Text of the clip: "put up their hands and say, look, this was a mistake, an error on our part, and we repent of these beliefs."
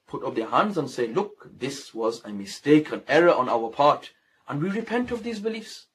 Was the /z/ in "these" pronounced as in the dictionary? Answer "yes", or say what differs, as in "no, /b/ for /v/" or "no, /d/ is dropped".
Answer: yes